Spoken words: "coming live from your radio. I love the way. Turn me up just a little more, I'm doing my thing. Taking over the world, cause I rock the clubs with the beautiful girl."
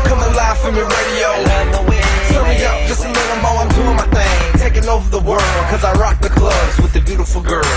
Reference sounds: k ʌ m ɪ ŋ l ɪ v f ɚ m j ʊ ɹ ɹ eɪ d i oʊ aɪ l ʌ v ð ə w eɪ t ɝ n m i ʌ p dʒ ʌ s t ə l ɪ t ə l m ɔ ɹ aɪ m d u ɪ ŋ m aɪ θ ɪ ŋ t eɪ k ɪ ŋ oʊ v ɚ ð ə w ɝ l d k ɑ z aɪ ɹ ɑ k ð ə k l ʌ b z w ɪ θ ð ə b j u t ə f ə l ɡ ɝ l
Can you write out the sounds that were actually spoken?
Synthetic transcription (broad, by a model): k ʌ m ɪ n l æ f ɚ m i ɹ ɹ eɪ d i oʊ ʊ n ð ə w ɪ s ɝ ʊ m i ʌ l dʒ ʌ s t ə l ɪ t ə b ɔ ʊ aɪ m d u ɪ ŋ m aɪ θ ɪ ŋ t eɪ k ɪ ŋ oʊ v ɚ ð ə w ɝ l d k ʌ z aɪ ɹ ɑ k ð ə k l ʌ b z w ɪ ð ə b j u t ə f l ɡ ɝ l